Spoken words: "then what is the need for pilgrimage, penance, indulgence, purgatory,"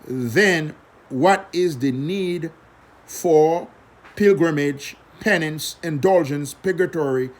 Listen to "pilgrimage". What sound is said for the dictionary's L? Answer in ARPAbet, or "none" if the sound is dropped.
L